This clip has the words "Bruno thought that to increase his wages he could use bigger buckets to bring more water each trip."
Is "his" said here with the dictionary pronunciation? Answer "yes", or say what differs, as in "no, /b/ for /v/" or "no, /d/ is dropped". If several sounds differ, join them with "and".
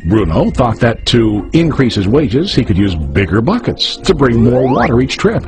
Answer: yes